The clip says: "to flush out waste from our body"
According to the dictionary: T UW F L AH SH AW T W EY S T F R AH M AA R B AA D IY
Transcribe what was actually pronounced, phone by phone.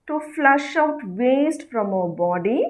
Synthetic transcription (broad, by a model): T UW F L AH SH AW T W EY S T F R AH M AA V B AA D IY